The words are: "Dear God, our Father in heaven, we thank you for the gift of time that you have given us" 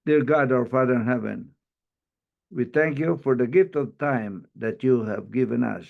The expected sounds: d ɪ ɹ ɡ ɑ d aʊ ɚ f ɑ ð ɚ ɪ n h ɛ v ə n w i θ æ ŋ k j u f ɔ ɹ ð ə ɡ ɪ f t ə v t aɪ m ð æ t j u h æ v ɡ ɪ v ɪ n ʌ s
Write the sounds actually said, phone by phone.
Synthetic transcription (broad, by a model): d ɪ ɹ ɡ ɑ d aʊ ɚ f ɑ ð ɚ ɪ n h ɛ v ə n w i θ æ ŋ k j u f ɔ ɹ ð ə ɡ ɪ f t ə v t aɪ m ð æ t j u h æ v ɡ ɪ v ɪ n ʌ s